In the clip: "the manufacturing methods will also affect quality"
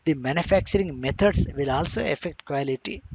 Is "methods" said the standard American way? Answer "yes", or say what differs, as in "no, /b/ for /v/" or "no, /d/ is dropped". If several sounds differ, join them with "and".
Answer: no, /t/ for /θ/